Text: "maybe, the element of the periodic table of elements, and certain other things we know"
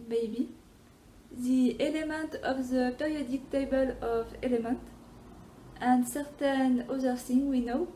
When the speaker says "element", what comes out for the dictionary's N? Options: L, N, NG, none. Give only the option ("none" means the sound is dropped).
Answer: N